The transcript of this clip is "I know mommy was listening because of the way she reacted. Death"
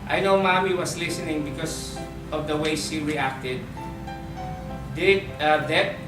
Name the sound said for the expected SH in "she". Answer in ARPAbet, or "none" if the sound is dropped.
S